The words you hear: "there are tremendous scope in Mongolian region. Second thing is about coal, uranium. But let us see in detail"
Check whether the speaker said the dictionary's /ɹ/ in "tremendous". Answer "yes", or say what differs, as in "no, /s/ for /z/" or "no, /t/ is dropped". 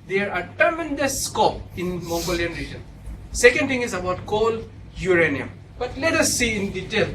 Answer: no, /ɹ/ is dropped